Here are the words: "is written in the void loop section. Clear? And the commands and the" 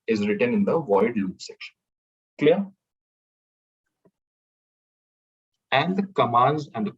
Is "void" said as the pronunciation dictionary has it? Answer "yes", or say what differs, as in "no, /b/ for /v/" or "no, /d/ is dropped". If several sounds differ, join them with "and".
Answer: yes